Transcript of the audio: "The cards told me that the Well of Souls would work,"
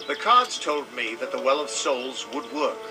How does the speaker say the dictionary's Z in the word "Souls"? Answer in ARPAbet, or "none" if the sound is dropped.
Z